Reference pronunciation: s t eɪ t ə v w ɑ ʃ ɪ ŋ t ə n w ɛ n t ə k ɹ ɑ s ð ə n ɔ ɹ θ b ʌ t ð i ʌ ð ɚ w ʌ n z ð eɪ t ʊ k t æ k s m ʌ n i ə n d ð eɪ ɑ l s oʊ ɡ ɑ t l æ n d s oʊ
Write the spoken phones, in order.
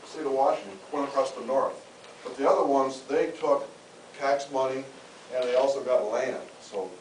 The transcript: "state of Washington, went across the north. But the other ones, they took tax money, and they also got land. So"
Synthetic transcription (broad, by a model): s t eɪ t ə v w ɑ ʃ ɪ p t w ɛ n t ə k ɹ ɑ s ð ə n ɔ ɹ θ b ʌ t ð i ʌ ð ɚ w ʌ n z ð eɪ t ʊ k æ k s m ʌ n i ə n ð eɪ ɑ l s oʊ ɡ ɑ t l æ n d s oʊ